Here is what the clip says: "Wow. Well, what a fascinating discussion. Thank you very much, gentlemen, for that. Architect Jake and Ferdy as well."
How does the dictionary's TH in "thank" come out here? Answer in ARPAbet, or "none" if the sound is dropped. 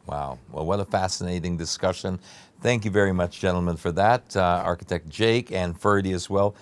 TH